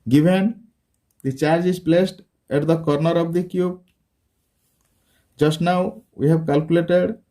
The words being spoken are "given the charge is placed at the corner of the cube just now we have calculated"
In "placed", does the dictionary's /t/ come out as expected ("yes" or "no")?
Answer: yes